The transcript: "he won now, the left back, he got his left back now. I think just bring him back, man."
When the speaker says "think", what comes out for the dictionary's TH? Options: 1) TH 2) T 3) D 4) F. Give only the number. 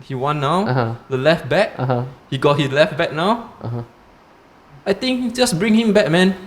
2